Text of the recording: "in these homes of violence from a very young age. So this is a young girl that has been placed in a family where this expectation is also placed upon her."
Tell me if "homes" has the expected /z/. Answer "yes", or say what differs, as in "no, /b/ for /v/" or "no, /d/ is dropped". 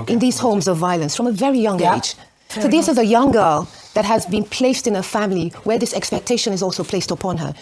yes